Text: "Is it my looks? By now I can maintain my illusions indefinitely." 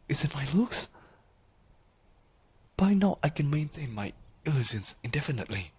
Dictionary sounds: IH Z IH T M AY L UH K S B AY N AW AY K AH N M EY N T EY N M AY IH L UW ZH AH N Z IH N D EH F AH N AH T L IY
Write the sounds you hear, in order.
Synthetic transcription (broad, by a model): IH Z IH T M AY L UH K S B AY N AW AY K AH N M EY N T EY N M AY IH L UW S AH N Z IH N D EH F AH N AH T L IY